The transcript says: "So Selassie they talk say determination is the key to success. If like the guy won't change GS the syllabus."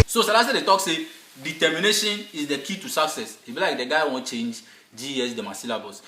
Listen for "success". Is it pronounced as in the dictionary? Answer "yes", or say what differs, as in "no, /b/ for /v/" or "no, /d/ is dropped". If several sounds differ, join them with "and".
yes